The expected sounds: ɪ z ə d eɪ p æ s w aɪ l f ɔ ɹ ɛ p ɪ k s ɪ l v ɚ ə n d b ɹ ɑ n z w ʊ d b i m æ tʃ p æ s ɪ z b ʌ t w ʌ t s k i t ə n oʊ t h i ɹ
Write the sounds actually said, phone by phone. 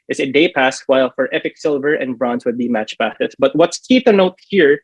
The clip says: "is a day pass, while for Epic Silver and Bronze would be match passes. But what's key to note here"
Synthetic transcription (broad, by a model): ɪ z ə d eɪ p æ s w aɪ l f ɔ ɹ ɛ p ɪ k s ɪ l v ɚ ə n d b ɹ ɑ n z w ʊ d b i m æ tʃ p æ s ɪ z b ʌ t w ʌ t s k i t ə n oʊ t h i ɹ